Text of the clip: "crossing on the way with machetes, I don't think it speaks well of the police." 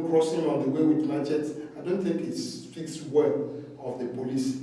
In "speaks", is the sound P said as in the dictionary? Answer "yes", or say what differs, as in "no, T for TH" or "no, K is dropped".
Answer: no, F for P